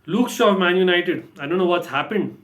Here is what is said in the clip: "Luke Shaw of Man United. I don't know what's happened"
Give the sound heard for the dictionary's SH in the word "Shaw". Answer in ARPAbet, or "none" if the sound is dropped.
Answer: S